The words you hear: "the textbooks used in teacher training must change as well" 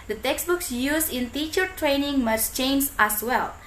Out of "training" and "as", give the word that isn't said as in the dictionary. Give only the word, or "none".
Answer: as